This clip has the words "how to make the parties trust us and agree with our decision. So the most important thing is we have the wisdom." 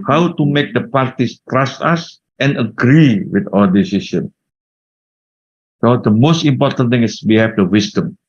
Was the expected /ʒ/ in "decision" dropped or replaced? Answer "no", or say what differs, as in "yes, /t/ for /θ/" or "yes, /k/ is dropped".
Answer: yes, /s/ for /ʒ/